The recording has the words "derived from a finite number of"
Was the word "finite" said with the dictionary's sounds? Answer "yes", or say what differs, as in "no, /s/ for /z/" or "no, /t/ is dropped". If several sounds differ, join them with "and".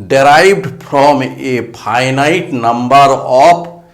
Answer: no, /p/ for /f/